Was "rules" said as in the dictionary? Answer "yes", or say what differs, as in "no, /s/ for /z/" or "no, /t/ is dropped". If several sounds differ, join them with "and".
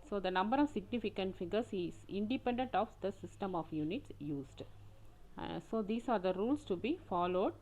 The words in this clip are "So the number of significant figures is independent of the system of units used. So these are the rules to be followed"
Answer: no, /s/ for /z/